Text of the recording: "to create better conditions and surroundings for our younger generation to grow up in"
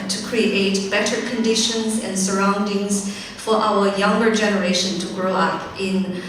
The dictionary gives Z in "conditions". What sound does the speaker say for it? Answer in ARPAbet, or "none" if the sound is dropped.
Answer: Z